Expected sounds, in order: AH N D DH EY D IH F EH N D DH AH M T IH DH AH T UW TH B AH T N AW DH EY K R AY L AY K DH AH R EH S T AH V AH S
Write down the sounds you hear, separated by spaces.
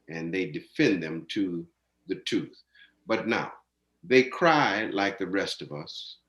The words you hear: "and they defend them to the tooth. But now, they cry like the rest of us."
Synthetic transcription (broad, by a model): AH N DH EY D IH F EH N DH AH M T IH DH AH T UW TH B AH T N AW DH EY K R AY L AY K DH AH R EH S T AH V AH S